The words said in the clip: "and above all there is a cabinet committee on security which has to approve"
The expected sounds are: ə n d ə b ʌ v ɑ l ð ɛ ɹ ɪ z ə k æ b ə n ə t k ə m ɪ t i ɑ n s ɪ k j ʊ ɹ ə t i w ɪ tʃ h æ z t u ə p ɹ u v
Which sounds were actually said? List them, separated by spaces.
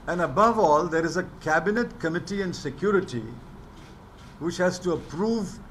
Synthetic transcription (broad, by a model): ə n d ə b ʌ v ɑ l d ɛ ɹ ɪ z ə k æ b ə n ə t k ə m ɪ t i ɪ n s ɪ k j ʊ ɹ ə t i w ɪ tʃ h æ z t u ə p ɹ u v